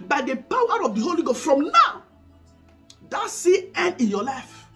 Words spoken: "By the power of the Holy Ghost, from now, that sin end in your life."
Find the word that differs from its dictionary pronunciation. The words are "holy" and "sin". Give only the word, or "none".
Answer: sin